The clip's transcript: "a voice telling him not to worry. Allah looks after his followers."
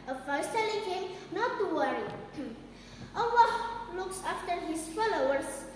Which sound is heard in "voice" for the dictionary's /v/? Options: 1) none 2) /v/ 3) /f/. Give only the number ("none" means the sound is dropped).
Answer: 3